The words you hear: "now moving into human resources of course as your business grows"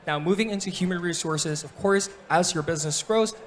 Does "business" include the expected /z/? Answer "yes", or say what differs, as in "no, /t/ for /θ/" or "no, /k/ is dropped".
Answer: yes